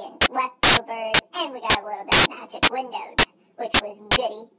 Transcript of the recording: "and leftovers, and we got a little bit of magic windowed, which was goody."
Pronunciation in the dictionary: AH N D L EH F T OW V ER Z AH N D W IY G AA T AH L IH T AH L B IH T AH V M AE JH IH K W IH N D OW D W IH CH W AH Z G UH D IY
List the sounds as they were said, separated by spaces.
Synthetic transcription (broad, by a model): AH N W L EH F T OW B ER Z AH N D W IY G AA T AH L IH T L B IH T M AE JH IH K W IH N D OW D W IH CH W AH Z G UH D IY